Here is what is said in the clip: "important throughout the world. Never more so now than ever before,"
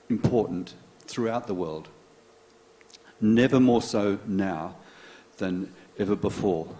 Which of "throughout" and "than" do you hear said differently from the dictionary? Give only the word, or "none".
none